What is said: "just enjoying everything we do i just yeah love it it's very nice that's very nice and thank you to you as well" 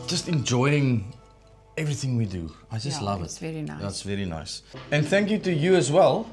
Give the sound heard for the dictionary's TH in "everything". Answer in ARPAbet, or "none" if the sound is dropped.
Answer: TH